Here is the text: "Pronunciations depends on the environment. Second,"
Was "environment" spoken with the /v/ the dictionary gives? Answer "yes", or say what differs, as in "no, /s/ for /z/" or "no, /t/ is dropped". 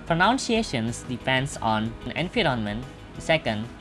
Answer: no, /f/ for /v/